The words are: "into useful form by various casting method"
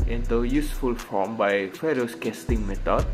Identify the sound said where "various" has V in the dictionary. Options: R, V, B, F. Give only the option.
F